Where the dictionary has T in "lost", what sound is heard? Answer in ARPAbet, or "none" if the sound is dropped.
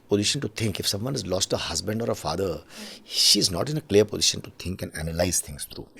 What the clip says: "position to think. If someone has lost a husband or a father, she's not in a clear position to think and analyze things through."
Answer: T